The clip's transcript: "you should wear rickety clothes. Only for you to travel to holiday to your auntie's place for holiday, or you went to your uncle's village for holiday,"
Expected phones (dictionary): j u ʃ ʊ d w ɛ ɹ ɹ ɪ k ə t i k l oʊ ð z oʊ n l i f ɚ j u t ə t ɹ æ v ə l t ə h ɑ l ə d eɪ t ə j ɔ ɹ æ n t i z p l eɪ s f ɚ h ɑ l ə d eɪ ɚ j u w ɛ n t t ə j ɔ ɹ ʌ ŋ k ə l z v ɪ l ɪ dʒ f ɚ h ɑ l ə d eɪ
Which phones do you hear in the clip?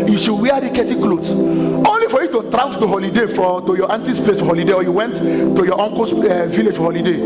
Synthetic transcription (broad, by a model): j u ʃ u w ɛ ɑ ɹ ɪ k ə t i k l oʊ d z oʊ n l i f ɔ j u t ə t ɹ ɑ ə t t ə h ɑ l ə d eɪ t ə j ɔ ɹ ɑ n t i s p l eɪ s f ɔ h ɑ l ə d eɪ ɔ j u w ɛ n t t ə j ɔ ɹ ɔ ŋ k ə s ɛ v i l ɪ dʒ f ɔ h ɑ l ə d eɪ